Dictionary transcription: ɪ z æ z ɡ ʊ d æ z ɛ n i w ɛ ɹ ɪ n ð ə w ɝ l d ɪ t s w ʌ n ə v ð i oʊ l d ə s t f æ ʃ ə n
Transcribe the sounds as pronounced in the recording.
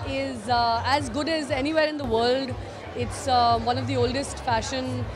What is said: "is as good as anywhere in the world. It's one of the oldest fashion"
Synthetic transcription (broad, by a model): ɪ z æ z ɡ ʊ d æ z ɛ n i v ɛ ɹ ɪ n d ə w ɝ l d ɪ t s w ʌ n ə v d i oʊ l d ə s t f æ ʃ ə n